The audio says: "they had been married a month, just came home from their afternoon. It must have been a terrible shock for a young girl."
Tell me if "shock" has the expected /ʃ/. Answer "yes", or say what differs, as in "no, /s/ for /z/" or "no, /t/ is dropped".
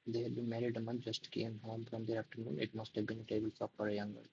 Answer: no, /s/ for /ʃ/